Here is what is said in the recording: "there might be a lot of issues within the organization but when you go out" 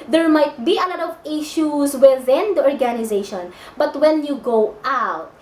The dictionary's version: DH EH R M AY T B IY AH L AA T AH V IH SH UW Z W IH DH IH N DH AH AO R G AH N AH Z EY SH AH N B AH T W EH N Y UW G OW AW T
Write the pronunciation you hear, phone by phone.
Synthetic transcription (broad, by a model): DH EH R M AY T B IY AH L AA T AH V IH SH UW S W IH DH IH N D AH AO R G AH N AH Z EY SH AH N B AH T W EH N Y UW G OW AW T